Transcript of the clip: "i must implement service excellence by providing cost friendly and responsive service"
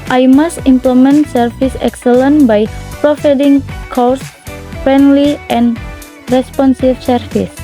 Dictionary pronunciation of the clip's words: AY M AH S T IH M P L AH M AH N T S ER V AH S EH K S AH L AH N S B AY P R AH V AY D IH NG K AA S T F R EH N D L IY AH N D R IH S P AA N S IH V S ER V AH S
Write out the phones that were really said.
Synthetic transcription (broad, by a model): AY M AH S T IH M P L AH M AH N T S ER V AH S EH K S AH L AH N B AY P R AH F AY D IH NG K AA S F R EH N D L IY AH N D R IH S P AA N S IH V S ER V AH S